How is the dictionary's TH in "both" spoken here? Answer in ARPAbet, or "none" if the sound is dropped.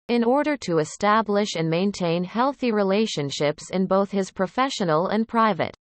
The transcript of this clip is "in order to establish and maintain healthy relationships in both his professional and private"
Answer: TH